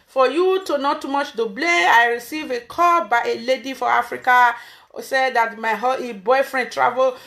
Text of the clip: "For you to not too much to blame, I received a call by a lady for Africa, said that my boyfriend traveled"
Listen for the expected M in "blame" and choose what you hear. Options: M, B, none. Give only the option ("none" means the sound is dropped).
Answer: none